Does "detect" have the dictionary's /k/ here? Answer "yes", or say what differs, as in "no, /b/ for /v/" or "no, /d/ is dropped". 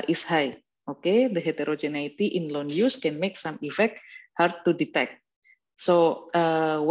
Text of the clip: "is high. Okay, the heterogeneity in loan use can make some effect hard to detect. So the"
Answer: yes